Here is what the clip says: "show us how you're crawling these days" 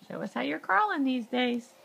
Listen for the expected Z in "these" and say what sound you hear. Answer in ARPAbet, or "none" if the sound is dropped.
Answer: Z